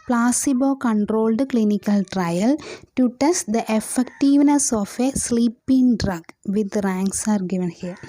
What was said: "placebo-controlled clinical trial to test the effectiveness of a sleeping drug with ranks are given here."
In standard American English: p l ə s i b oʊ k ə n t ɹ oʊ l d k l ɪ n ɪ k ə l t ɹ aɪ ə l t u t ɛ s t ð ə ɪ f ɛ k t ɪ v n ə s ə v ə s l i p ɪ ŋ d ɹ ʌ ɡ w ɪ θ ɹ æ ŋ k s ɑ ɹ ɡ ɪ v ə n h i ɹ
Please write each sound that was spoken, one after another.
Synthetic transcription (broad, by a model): p l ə s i b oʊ k ə n t ɹ oʊ l d k l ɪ n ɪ k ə l t ɹ aɪ ə l t u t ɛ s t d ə ɪ f ɛ k t ɪ v n ə s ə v ə s l i p ɪ ŋ d ɹ ʌ ɡ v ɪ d ɹ æ ŋ k s ɑ ɹ ɡ ɪ v ə n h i ɹ